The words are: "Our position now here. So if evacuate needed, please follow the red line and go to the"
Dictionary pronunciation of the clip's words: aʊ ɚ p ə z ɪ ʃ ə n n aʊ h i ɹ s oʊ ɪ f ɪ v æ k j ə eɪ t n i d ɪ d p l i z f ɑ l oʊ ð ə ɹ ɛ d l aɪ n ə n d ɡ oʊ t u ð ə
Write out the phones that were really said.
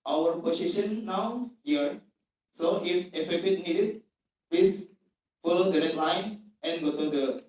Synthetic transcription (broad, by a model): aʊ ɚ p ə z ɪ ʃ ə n n aʊ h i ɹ s oʊ ɪ f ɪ f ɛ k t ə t n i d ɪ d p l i s f ɑ l oʊ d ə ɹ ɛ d l aɪ n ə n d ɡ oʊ t u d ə